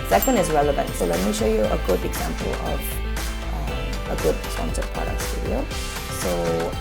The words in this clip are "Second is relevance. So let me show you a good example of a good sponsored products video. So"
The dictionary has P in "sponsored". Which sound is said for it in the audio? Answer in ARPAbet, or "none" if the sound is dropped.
none